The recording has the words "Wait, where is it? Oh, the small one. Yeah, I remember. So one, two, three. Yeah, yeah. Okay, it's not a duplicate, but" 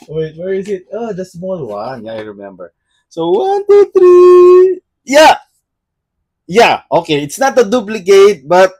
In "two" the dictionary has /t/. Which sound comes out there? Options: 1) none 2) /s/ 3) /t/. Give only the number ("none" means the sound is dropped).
3